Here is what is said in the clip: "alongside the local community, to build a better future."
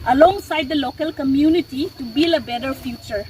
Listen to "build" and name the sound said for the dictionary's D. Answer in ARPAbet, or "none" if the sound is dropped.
none